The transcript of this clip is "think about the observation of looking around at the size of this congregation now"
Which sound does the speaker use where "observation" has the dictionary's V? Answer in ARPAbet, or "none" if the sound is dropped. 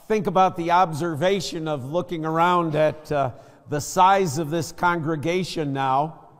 V